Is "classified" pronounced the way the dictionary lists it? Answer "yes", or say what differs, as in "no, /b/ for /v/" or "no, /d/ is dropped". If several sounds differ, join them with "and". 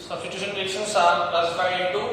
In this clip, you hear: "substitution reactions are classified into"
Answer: no, /d/ is dropped